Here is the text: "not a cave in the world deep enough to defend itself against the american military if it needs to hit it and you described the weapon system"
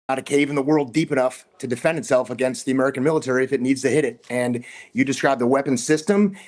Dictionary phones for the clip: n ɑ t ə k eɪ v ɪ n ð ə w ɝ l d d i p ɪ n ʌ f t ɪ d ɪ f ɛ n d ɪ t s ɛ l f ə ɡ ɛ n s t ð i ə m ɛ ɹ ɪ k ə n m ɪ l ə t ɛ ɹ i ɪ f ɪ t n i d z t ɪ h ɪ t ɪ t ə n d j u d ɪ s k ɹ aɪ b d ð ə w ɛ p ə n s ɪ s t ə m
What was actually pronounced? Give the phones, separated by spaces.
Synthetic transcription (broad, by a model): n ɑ t ə k eɪ v ɪ n ð ə w ɝ l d d i p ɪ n ʌ f t ɪ d ɪ f ɛ n d ɪ t s ɛ l f ə ɡ ɛ n s t ð i ə m ɛ ɹ ɪ k ə n m ɪ l ə t ɛ ɹ i ɪ f ɪ t n i d z t ɪ h ɪ t ɪ t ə n j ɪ d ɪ s k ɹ aɪ b ð ə w ɛ p ə n s ɪ s t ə m